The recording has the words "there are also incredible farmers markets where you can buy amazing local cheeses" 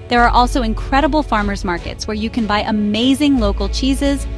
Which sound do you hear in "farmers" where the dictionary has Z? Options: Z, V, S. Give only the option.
Z